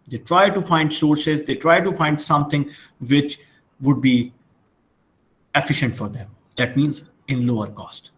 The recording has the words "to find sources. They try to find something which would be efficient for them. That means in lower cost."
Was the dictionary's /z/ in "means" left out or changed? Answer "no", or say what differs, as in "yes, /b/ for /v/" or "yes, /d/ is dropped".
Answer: no